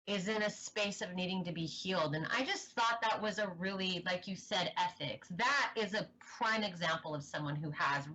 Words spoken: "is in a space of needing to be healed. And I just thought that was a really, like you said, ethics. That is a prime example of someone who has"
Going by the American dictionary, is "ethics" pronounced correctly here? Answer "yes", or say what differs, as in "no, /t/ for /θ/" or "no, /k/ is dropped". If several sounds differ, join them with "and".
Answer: yes